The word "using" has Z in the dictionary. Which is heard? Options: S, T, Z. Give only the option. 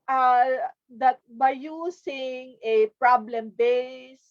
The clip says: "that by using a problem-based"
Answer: S